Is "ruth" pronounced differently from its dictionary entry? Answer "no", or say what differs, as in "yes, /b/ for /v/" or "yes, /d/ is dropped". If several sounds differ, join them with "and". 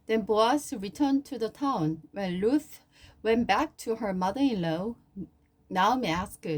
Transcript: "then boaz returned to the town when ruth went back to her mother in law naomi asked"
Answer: yes, /l/ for /ɹ/